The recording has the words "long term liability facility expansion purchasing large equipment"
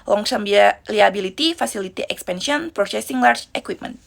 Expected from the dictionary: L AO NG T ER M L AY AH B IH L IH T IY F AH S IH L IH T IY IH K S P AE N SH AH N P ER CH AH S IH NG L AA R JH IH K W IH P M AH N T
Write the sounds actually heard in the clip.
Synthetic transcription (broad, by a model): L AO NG S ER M L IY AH B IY L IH T IY F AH S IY L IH T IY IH K S P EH N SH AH N P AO S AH S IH NG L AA R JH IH K W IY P M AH N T